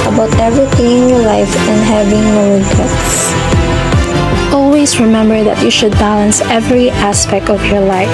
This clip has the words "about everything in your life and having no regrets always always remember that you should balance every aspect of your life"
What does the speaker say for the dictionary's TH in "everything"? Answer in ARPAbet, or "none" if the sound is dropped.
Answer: T